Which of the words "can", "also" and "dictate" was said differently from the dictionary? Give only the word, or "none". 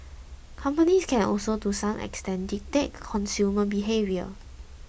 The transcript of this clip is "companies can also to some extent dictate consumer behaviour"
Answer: dictate